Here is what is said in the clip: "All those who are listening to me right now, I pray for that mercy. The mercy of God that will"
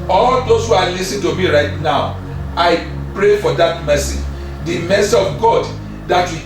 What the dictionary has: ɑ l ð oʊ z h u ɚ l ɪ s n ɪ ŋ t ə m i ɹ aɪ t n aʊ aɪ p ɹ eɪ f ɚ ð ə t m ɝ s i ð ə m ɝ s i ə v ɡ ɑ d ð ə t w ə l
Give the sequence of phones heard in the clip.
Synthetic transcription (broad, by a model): ɑ l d oʊ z h u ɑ l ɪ s ɪ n t ə m i ɹ aɪ t n aʊ aɪ p ɹ eɪ f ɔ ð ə t m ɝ s i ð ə m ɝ s i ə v ɡ ɑ d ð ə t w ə